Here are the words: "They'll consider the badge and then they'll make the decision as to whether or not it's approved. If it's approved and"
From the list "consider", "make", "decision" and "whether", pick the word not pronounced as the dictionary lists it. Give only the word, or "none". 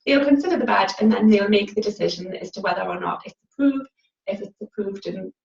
none